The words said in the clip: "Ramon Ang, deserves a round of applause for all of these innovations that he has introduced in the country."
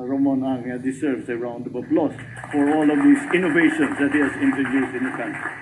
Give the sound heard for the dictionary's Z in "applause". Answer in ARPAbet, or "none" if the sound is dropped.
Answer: S